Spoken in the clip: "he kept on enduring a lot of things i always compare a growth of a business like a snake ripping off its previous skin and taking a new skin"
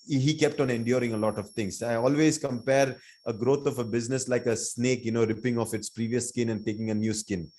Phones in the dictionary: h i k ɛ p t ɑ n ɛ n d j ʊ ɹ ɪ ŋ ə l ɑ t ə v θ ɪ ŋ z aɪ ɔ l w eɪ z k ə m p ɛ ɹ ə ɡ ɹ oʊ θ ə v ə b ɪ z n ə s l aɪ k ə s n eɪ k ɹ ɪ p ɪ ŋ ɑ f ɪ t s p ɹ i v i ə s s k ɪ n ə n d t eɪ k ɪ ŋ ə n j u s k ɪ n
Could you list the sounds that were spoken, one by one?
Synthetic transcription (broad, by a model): h i k ɛ p t ɑ n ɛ n d j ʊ ɹ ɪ ŋ ə l ɑ t ə v t ɪ ŋ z aɪ ɔ l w eɪ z k ə m p ɛ ɹ ə ɡ ɹ oʊ t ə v ə b ɪ z n ə s l aɪ k ə s n eɪ k ɹ ɪ p ɪ ŋ ɑ f ɪ t s p ɹ i v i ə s s k ɪ n ə n d t eɪ k ɪ ŋ ə n j u s k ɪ n